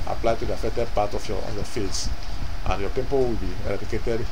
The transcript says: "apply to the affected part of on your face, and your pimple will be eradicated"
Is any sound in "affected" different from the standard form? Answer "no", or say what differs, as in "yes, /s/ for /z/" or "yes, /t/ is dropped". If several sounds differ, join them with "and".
yes, /k/ is dropped